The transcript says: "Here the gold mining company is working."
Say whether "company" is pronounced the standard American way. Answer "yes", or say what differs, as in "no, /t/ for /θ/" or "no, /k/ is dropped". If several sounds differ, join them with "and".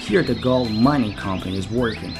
yes